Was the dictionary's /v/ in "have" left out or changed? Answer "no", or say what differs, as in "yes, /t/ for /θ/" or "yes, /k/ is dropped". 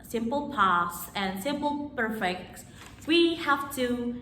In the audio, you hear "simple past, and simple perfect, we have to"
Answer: yes, /f/ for /v/